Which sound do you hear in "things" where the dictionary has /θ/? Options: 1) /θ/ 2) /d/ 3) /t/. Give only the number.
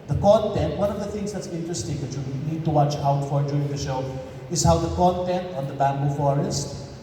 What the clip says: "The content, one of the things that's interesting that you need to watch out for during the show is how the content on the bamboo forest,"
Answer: 3